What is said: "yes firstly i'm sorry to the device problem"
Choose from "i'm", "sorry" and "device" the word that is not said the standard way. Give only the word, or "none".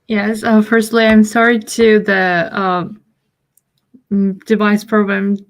none